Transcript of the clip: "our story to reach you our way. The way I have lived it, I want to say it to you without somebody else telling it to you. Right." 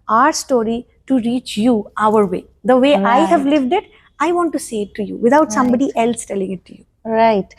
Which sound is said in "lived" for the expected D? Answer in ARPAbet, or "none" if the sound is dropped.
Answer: D